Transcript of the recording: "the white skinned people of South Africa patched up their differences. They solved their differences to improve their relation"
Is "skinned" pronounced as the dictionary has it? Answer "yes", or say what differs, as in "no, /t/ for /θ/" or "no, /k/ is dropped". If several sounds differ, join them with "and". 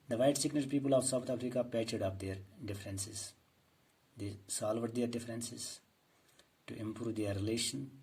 no, /k/ is dropped